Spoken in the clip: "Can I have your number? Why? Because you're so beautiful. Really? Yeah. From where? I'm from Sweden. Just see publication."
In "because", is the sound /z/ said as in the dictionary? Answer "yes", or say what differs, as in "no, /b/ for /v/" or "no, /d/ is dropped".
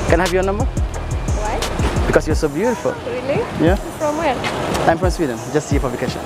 no, /s/ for /z/